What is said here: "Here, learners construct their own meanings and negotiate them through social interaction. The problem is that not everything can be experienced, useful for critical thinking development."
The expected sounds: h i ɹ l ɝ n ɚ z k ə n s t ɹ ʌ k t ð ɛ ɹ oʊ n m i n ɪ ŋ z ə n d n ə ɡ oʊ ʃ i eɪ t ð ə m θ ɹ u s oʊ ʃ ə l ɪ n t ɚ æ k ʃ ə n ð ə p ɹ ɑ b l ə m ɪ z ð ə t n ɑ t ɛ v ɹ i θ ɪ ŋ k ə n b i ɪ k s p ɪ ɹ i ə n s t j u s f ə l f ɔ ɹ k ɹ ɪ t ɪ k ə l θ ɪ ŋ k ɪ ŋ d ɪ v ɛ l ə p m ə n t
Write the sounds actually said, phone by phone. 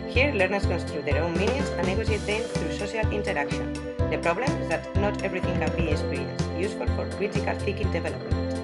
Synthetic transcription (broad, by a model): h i ɹ l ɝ n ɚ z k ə n s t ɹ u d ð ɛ ɹ oʊ n m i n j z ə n n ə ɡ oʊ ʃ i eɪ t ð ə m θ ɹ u s oʊ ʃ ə l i n t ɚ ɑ k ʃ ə n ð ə p ɹ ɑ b l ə m ɪ z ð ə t n ɑ t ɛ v ɹ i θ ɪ ŋ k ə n b i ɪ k s p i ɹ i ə n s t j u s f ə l f ɔ ɹ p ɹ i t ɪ k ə l f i k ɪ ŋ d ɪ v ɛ l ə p m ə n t